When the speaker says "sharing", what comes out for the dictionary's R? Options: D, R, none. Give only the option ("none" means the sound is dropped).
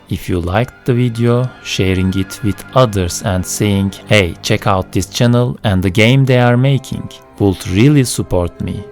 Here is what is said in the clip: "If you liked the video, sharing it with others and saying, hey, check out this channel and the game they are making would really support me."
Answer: R